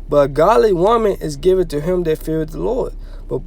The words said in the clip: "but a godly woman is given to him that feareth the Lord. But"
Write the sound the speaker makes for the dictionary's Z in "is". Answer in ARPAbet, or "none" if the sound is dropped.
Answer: Z